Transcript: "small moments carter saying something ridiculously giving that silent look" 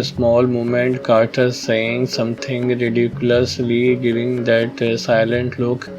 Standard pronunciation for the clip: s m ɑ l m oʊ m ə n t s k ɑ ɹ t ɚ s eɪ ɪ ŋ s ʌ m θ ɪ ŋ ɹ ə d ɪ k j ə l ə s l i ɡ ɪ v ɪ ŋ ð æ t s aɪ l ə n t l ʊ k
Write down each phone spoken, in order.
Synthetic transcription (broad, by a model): s m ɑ l m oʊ m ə n t k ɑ ɹ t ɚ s eɪ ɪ ŋ s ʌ m t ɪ ŋ ɹ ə d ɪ k j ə l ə s l i ɡ ɪ v ɪ ŋ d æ t s aɪ l ə n t l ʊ k